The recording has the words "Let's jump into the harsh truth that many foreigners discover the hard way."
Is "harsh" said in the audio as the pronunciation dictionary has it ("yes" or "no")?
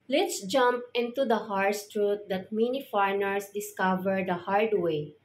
no